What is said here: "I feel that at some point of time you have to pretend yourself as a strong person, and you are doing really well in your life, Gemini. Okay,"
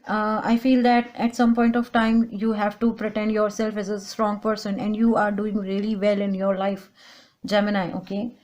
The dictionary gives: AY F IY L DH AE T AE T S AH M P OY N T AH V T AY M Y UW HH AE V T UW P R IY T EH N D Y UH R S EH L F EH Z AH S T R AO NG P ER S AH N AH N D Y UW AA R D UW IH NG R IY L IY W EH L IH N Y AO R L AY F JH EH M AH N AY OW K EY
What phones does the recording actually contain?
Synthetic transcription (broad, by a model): AY F IY L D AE T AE T S AH M P OY N T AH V T AY M Y UW HH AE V T UW P R IY T EH N D Y UH R S EH L F EH Z AH S T R AO NG P ER S AH N AH N D Y UW AA R D UW IH NG R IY L IY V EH L IH N Y AO R L AY F JH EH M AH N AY OW K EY